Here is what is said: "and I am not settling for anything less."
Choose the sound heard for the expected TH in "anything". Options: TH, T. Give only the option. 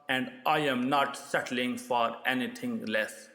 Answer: T